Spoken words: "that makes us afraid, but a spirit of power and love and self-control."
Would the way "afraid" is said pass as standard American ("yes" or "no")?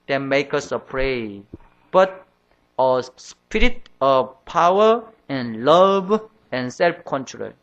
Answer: no